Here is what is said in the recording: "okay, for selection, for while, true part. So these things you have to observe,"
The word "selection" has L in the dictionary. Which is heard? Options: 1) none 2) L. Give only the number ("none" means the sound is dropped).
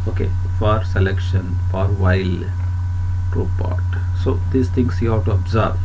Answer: 2